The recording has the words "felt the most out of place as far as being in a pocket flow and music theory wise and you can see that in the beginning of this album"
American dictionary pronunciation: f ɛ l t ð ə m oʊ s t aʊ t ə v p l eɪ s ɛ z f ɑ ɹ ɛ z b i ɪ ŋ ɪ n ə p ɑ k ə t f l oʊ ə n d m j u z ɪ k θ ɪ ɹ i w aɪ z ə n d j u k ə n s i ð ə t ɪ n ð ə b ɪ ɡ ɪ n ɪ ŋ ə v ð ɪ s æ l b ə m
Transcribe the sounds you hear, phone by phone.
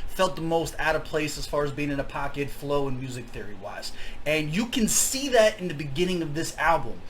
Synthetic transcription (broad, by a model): f ɛ l t ð ə m oʊ s t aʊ t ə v p l eɪ s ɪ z f ɑ ɹ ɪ z b i ɪ ŋ ɪ n ə p ɑ k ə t f l oʊ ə n m j u z ɪ k θ ɪ ɹ i w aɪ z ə n j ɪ k ə n s i ð ə t ɪ n ð ə b ɪ ɡ ɪ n ɪ ŋ ə v ð ɪ s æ l b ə m